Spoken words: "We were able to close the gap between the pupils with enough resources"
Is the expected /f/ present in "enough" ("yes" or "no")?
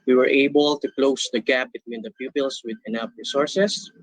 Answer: no